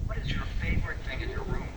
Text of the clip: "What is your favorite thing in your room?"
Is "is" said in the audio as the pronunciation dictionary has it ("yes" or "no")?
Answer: yes